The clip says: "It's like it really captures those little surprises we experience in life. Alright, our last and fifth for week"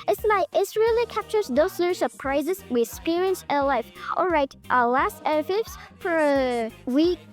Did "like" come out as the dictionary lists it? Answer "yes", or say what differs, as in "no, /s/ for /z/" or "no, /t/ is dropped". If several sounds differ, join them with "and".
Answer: no, /k/ is dropped